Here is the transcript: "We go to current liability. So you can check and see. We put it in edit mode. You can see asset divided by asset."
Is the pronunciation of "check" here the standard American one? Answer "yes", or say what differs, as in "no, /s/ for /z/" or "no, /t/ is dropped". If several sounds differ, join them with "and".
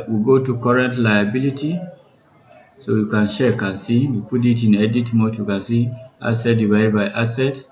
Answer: no, /ʃ/ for /tʃ/